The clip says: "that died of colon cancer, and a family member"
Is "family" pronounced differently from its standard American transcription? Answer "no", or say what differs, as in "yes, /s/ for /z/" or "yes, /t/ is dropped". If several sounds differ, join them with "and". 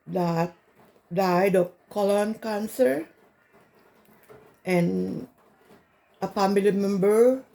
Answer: yes, /p/ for /f/